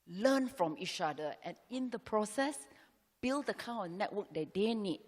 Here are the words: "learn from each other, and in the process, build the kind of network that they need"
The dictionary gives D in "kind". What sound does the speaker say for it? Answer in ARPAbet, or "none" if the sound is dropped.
none